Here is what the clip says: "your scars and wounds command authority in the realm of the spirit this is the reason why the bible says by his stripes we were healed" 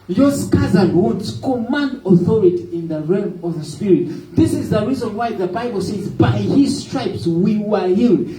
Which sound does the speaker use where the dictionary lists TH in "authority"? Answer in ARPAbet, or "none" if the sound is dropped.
TH